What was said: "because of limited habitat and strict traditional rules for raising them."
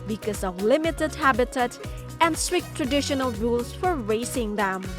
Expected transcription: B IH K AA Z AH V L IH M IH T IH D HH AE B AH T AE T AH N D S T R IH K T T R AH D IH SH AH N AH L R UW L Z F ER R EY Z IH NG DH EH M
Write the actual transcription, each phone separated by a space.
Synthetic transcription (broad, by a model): B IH K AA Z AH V L IH M IH T IH D HH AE B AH T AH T AH N D S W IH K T T R AH D IH SH AH N AH L R UW L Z F ER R EY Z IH NG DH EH M